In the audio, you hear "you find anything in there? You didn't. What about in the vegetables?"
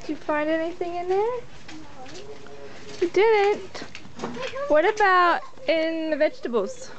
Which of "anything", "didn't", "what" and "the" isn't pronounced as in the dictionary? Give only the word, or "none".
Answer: none